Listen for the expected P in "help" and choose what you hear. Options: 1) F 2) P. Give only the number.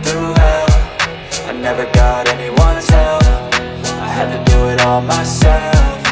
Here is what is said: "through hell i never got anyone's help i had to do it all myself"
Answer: 1